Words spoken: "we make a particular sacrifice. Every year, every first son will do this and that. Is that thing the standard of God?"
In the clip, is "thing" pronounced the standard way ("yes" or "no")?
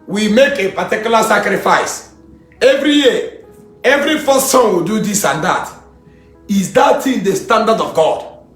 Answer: no